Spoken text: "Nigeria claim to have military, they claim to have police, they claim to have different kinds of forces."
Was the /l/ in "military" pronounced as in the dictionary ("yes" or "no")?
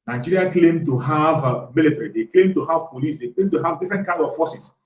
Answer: yes